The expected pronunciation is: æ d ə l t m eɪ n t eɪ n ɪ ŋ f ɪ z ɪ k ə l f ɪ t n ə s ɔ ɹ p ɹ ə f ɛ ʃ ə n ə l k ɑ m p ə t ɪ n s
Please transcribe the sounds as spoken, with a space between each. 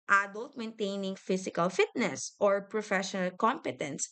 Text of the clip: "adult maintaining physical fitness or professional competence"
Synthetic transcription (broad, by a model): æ d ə l t m eɪ n t eɪ n ɪ ŋ f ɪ s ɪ k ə l f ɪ t n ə s ɔ ɹ p ɹ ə f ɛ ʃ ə n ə l k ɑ m p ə t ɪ n s